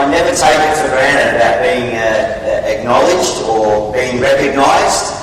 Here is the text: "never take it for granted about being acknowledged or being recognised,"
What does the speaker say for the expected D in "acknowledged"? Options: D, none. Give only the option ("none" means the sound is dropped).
D